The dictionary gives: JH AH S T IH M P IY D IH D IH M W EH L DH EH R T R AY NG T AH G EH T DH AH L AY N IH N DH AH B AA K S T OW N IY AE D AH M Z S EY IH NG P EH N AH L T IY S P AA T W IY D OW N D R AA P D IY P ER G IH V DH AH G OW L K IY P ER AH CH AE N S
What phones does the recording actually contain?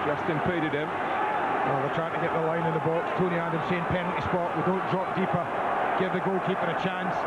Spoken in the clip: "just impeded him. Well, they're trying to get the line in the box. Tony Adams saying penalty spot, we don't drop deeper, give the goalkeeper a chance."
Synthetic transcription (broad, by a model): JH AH S T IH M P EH D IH D IH M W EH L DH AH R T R AY T AH G EH T DH AH L AY N IH N DH AH B AA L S T OW N IY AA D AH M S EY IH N P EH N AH N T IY S P AA T W IY D OW N D R AA P D IY P ER G IH V DH AH G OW L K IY F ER AH CH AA N S